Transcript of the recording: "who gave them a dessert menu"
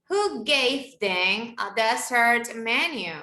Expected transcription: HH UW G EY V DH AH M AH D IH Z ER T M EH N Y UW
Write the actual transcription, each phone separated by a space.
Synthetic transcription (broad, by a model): HH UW G EY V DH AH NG AH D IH S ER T M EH N Y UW